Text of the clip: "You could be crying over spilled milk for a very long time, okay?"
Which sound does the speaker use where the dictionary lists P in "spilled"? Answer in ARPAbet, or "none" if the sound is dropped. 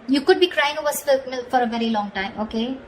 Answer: none